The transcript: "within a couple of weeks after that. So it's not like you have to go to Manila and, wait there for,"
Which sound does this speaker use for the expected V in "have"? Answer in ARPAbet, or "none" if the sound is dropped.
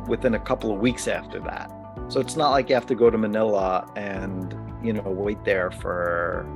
F